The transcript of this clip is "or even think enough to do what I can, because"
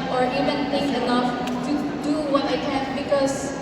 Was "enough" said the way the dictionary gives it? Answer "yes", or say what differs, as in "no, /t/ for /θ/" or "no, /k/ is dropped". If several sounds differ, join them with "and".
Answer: no, /l/ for /n/